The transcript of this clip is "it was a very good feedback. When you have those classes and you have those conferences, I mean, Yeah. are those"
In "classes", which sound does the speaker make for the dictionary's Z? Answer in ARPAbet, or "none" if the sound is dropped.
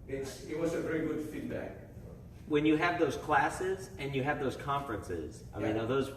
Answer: Z